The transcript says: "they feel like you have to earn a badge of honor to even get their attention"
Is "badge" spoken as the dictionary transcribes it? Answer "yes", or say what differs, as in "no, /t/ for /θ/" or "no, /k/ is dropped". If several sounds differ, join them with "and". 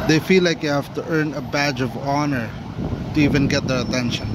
yes